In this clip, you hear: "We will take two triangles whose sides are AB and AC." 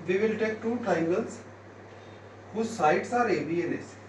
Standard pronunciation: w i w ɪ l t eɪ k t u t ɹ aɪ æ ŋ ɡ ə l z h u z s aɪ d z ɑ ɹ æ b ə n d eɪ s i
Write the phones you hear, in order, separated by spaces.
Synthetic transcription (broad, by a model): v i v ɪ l t eɪ k t u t aɪ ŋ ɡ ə l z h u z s aɪ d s ɑ ɹ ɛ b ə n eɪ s